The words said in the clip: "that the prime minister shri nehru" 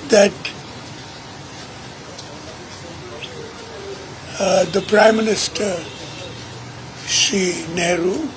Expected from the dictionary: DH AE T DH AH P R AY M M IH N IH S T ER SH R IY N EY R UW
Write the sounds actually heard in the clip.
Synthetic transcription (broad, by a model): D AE T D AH P R AY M M IH N IH S T ER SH IY N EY R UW